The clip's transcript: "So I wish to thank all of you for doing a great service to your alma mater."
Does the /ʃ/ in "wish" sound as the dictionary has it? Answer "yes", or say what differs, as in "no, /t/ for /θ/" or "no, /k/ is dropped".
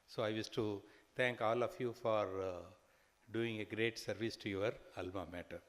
no, /s/ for /ʃ/